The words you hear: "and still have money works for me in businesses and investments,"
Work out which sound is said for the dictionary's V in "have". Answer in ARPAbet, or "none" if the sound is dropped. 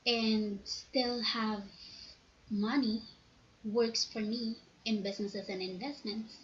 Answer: V